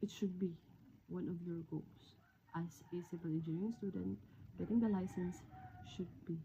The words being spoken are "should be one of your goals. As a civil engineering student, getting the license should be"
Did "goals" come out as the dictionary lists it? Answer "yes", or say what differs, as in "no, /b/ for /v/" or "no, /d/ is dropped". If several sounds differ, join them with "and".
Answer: no, /s/ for /z/